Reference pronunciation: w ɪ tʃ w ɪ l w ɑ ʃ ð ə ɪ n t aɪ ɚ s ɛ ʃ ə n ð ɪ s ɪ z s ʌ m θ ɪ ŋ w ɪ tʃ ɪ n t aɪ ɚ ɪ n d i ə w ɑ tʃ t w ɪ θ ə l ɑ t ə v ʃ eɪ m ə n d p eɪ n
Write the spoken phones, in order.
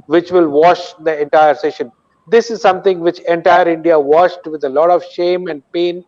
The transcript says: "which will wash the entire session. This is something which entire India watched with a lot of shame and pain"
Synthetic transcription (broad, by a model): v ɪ tʃ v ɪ l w ɑ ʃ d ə ɪ n t aɪ ɚ s ɛ ʃ ə n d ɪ s ɪ z s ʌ m t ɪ ŋ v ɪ tʃ ɪ n t aɪ ɚ ɪ n d i ə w ɑ ʃ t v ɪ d ə l ɑ t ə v ʃ eɪ m ə n d p eɪ n